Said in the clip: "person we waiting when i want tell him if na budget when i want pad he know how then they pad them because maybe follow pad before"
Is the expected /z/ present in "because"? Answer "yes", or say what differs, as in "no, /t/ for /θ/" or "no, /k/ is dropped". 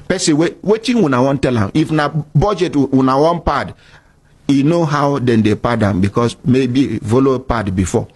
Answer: no, /s/ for /z/